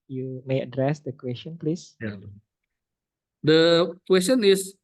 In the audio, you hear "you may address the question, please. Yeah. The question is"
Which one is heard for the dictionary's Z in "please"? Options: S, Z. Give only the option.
S